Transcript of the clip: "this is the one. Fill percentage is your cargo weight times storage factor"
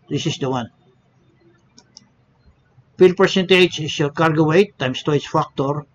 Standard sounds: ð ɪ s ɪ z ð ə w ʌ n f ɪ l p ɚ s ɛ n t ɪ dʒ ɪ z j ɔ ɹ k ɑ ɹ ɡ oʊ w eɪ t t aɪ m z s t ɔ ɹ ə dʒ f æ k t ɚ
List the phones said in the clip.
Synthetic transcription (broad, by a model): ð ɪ s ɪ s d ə w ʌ n p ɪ l p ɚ s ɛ n t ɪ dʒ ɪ s j ɔ ɹ k ɑ ɹ ɡ oʊ w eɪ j t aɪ m s t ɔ ə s f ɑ k t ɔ